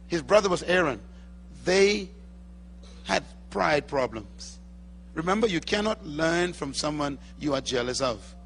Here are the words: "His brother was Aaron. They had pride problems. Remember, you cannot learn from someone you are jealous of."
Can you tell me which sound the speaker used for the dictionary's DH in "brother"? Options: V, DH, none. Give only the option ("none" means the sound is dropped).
DH